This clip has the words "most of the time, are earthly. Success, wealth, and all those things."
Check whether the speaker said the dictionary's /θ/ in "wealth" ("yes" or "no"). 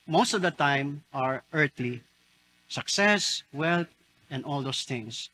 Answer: no